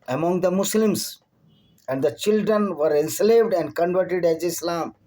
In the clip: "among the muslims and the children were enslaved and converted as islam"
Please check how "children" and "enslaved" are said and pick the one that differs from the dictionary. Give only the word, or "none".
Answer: none